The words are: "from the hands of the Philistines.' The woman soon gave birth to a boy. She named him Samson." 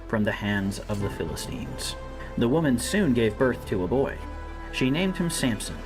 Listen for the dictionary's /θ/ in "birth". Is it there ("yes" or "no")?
yes